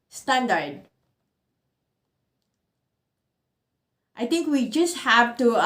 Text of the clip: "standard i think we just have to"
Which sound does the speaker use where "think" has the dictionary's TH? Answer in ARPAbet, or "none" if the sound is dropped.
T